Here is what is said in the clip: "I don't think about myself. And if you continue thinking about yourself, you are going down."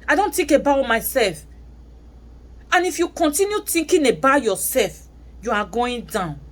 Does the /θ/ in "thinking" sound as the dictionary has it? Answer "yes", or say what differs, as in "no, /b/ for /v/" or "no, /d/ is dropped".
no, /t/ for /θ/